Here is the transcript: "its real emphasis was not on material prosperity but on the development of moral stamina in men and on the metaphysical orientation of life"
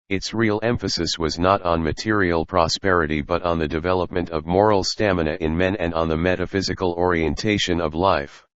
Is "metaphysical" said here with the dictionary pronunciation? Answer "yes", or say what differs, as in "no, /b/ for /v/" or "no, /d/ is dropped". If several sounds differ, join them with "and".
yes